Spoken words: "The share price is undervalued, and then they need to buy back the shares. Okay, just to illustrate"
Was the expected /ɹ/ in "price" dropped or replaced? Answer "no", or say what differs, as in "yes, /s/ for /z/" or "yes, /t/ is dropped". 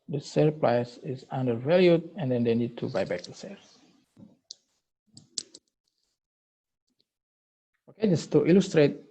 yes, /l/ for /ɹ/